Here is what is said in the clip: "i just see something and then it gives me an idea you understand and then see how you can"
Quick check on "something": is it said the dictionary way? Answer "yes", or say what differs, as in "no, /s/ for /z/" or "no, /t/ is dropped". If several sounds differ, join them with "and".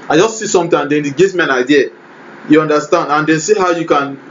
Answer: no, /t/ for /θ/